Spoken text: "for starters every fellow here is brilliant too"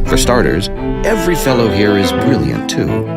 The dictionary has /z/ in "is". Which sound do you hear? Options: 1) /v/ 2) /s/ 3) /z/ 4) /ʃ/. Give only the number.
3